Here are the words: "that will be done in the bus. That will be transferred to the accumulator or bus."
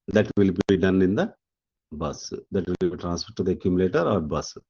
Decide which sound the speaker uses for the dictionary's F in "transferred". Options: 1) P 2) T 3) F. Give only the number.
1